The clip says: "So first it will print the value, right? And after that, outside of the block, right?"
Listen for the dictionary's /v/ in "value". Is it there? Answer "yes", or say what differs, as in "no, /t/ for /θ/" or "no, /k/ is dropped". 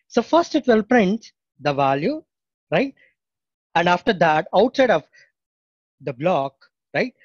yes